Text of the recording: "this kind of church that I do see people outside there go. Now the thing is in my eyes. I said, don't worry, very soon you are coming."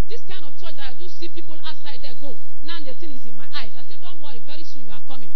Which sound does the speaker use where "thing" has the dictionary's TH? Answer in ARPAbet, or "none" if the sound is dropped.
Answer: T